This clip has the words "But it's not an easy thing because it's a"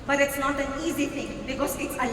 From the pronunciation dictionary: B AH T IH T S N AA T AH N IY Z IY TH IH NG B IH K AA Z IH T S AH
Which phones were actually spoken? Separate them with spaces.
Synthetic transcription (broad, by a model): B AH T IH T S N AA T AH N IY Z IY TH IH NG B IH K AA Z IH T S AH